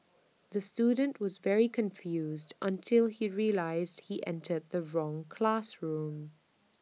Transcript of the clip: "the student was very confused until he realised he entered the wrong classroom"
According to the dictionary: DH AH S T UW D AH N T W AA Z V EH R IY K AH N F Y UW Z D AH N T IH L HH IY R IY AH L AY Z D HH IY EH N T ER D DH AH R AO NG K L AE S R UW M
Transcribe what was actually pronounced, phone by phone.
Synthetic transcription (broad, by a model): DH AH S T UW D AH N T W AA Z V EH R IY K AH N F Y UW Z D AH N T IH L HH IY R IY AH L AY Z D HH IY EH N T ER D DH AH R AO NG K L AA S R UW M